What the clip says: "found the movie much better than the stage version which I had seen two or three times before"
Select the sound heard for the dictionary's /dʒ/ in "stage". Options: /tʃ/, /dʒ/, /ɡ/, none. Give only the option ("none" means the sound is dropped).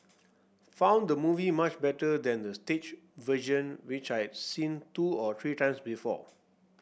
/tʃ/